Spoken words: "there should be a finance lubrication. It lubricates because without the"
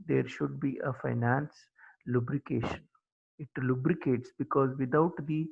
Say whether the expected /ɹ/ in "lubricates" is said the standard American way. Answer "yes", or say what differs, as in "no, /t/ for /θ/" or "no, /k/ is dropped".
yes